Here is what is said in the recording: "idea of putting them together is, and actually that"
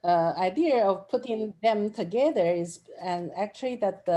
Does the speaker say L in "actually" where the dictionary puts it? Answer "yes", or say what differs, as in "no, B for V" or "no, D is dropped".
yes